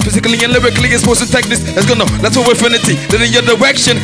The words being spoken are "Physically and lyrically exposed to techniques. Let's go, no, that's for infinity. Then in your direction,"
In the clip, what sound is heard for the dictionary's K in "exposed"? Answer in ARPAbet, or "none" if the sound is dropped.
none